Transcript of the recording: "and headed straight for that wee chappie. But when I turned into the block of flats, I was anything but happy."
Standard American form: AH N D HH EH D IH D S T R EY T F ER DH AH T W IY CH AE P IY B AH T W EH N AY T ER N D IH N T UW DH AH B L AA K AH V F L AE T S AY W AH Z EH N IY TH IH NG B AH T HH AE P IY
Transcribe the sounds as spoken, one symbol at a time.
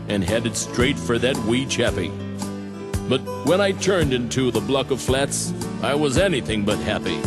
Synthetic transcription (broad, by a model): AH N HH EH D IH D S T R EY T F ER DH AH T W IY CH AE P IY B AH T W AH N AY T ER N D IH N T UW DH AH B L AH K AH V F L AE T S AY W AH Z EH N IY TH IH NG B AH T HH AE P IY